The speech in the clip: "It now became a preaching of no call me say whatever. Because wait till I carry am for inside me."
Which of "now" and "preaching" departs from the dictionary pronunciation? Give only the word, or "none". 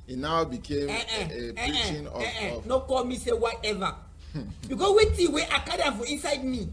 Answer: preaching